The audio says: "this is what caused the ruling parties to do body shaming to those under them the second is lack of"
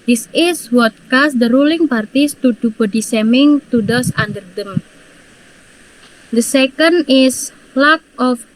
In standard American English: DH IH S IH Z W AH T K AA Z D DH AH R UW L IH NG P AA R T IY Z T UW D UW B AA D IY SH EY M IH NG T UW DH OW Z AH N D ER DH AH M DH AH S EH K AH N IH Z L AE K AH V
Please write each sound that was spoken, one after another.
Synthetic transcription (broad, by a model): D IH S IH S W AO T K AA S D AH R UW L IH NG P AA R T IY S T UW D UW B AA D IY S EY M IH NG T UW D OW S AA N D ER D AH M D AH S EH K AH N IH S L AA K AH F